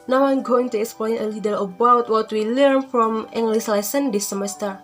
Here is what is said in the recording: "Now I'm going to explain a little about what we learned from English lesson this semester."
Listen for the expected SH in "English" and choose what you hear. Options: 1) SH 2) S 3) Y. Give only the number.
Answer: 2